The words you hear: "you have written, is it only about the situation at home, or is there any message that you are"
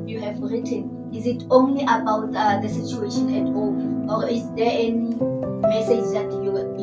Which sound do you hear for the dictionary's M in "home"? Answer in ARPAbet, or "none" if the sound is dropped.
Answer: none